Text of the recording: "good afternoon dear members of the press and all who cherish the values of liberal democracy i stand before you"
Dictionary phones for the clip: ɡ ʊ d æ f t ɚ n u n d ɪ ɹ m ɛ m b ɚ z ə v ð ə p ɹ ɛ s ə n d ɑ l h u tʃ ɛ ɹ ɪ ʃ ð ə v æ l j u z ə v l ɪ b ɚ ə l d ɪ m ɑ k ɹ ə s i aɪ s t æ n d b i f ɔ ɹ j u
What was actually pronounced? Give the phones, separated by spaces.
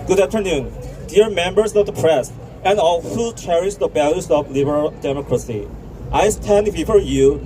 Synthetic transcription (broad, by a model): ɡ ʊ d æ f t ɚ n u n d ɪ ɹ m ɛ m b ɚ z ə v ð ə p ɹ ɛ s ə n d ɑ l h u tʃ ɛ ɹ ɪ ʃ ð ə b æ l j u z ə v l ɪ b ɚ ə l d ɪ m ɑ k ɹ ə s i aɪ s t æ n d b i f ɔ ɹ j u